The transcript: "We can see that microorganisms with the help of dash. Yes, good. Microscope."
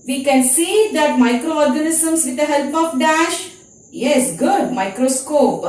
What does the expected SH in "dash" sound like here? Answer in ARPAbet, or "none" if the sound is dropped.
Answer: SH